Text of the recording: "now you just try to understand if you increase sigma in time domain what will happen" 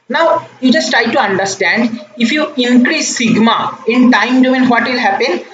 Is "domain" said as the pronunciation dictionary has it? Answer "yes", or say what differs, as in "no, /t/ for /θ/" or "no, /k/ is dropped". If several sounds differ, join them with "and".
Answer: no, /m/ is dropped